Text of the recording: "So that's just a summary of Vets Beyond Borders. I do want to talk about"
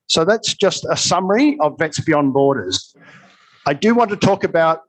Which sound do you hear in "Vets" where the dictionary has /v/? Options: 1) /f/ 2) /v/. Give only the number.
2